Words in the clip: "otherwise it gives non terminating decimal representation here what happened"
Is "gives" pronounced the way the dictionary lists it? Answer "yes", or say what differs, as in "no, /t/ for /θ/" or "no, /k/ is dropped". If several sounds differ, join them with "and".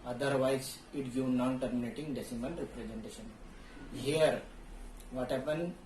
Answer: no, /z/ is dropped